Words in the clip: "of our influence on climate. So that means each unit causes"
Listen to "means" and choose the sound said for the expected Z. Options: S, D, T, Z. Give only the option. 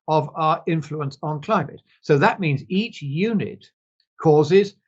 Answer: Z